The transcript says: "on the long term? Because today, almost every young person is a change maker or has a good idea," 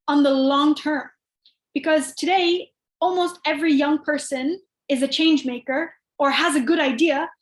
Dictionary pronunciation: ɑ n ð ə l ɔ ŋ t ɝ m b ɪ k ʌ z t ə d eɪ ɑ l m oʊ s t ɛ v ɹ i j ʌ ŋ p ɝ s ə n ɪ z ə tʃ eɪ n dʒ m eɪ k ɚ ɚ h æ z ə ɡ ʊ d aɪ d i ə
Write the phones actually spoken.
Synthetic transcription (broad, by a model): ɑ n ð ə l ɔ ŋ t ɝ m b ɪ k ʌ z t ə d eɪ ɑ l m oʊ s t ɛ v ɹ i j ʌ ŋ p ɝ s ə n ɪ z ə tʃ eɪ n dʒ m eɪ k ɚ ɚ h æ z ə ɡ ʊ d aɪ d i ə